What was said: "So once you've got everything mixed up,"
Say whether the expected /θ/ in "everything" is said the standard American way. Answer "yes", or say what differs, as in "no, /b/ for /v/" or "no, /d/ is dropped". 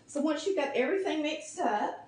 yes